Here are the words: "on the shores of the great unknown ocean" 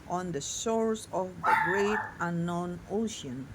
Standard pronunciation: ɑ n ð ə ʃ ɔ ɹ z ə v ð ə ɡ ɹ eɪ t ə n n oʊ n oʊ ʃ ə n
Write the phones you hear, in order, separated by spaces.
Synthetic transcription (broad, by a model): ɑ n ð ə s ɔ ɹ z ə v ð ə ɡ ɹ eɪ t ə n n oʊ n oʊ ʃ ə n